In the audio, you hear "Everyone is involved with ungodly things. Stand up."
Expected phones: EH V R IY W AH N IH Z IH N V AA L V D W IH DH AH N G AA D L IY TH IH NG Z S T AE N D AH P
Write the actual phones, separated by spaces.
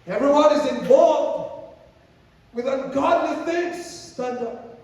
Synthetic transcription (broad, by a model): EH V R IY W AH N IH Z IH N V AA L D W IH DH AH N G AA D N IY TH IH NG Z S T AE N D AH